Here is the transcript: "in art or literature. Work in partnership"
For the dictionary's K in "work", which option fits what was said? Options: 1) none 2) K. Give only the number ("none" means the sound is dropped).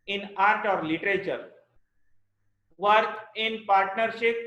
1